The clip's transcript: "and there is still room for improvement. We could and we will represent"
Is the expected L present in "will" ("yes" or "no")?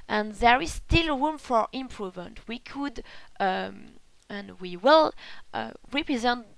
yes